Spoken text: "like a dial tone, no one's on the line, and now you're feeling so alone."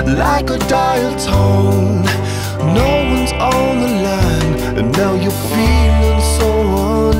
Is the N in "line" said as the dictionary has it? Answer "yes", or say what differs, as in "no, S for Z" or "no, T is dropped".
no, N is dropped